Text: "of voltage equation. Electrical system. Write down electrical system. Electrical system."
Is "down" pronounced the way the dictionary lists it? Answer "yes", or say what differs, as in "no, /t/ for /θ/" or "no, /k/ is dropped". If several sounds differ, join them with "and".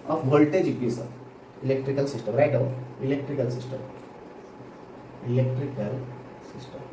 no, /n/ is dropped